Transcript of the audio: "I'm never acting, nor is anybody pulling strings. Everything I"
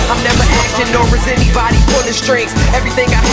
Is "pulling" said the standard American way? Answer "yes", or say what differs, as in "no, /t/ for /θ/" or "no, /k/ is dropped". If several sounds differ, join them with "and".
no, /n/ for /l/